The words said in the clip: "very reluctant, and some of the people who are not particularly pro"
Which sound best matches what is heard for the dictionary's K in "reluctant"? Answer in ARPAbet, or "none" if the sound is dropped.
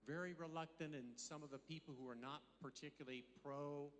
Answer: K